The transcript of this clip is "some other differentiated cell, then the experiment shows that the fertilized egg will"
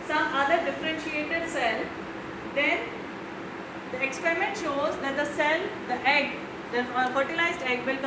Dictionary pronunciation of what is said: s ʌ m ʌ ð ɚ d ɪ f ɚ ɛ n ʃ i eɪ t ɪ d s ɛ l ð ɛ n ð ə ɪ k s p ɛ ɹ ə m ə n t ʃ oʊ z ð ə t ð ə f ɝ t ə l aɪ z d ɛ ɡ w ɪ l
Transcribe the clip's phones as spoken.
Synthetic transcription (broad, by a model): s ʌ m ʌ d ɚ d ɪ f ɚ ɛ n ʃ i eɪ t ɪ d s ɛ l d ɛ n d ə ɪ k s p ɛ ɹ ə m ə n t ʃ oʊ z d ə t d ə f ɝ t ə l aɪ z d ɛ ɡ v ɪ l